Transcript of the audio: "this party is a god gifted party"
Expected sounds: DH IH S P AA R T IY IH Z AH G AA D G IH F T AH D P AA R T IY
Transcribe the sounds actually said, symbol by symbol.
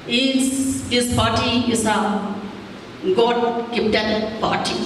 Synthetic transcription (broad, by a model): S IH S P AA R T IY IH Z AH G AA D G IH P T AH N P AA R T IY